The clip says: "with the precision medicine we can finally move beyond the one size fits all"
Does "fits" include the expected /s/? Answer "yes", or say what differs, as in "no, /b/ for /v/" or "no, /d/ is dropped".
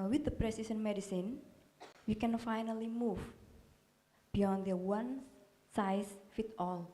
no, /s/ is dropped